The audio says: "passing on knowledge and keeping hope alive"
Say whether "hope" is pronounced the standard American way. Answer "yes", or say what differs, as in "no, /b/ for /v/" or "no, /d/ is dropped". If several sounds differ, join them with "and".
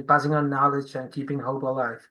no, /b/ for /p/